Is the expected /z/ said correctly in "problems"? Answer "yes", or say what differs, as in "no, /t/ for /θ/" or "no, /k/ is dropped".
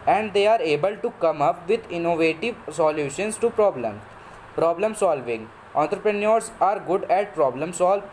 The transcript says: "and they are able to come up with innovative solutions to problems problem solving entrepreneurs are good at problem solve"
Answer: no, /z/ is dropped